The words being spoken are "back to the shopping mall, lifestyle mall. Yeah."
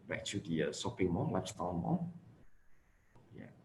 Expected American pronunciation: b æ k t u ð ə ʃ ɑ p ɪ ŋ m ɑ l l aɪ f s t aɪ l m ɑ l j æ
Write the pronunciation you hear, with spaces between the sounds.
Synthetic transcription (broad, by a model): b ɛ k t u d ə s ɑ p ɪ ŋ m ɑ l l aɪ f s t aɪ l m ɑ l j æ